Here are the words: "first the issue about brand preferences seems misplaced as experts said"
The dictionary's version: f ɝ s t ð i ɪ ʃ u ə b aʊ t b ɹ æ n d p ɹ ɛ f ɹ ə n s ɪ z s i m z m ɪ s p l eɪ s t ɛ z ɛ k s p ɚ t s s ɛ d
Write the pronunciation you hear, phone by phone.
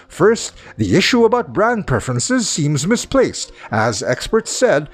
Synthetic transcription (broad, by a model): f ɝ s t ð i ɪ ʃ u ə b aʊ t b ɹ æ n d p ɹ ɛ f ɹ ə n s ɪ z s i m z m ɪ s p l eɪ s t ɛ z ɛ k s p ɚ t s s ɛ d